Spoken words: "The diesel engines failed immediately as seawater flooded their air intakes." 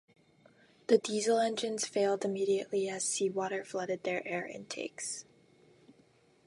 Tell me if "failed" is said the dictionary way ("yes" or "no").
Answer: yes